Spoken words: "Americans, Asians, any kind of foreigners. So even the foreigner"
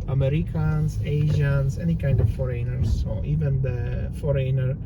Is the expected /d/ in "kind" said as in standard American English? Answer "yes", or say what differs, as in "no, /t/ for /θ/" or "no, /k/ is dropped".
yes